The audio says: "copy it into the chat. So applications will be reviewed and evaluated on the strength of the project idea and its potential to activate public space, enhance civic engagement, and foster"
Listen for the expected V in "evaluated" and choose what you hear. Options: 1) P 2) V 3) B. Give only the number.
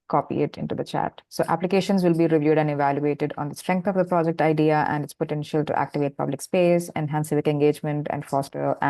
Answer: 2